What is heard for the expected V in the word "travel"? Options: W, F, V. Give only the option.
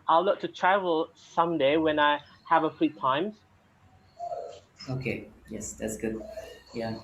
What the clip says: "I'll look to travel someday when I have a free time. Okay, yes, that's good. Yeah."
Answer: V